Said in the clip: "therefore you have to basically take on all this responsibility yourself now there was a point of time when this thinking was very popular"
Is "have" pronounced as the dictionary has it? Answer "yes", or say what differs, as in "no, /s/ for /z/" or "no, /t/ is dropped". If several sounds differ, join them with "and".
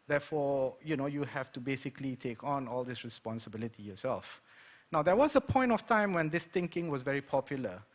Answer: no, /f/ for /v/